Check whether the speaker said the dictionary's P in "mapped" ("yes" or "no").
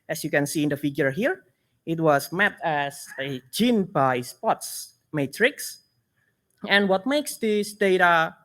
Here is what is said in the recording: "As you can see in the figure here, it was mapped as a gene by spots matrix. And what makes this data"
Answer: no